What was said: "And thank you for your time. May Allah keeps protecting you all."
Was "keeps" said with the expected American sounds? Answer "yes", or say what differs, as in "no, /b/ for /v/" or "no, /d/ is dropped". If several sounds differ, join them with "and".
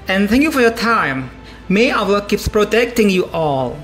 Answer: yes